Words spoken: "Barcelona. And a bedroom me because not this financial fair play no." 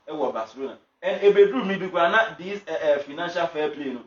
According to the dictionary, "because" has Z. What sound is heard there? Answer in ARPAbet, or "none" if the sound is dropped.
none